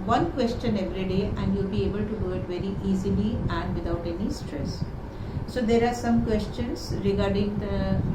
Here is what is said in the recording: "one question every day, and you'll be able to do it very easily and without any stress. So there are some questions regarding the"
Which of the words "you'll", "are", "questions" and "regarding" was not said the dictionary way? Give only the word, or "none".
questions